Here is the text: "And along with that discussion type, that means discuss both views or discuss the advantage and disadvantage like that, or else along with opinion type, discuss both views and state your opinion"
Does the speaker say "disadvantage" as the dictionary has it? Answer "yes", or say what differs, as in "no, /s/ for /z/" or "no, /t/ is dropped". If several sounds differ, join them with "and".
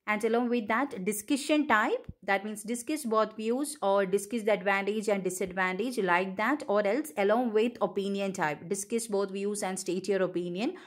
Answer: yes